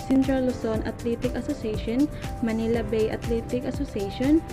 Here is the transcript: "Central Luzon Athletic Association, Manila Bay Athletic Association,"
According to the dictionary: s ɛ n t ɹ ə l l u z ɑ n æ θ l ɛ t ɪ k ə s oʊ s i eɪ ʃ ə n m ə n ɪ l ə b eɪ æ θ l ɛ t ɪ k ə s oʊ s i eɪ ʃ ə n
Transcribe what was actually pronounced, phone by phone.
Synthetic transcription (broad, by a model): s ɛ n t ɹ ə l l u s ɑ n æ t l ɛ t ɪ k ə s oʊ s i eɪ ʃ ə n m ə n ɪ l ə b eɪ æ t l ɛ t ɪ k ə s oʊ s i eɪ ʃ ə n